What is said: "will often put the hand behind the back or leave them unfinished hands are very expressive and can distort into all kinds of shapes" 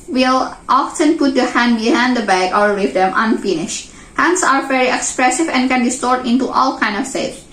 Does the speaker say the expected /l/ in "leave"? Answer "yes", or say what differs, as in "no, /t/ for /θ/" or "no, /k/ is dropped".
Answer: no, /w/ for /l/